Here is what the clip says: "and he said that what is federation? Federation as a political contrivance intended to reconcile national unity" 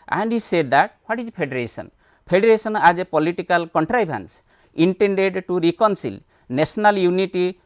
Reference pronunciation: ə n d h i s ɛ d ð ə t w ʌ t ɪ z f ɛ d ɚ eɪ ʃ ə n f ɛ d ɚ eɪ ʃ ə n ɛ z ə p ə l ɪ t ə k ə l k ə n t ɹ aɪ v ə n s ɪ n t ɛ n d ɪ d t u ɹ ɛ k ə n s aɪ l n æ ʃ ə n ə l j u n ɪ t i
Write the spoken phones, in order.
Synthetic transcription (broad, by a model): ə n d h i s ɛ d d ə t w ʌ t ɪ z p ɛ d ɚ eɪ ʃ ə n p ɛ d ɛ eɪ s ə n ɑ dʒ ə p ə l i t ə k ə l k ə n t ɹ aɪ b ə n s ɪ n t ɛ n d ɪ d t u ɹ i k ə n s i l n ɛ s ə n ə l j u n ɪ t i